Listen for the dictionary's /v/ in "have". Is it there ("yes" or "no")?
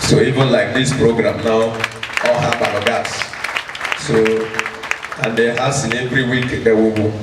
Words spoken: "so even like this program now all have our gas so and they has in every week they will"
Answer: no